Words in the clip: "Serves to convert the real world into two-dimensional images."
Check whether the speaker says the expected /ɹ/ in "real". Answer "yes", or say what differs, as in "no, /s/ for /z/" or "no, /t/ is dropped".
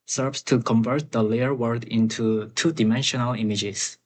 no, /l/ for /ɹ/